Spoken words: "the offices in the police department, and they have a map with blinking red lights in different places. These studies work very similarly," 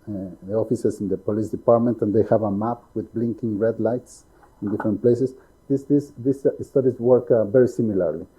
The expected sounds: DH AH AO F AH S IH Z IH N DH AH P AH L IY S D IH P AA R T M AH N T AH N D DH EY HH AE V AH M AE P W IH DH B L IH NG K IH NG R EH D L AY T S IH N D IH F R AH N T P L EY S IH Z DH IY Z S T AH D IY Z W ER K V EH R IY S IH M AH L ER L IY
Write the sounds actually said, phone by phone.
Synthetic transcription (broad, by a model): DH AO F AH S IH S IH N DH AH P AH L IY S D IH P AA R T M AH N T AH N D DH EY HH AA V AH M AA P W IH DH B L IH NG K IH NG R EH D L AY T S IH N D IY F R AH N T P L EY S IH S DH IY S S T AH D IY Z W ER K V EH R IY S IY M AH L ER L IY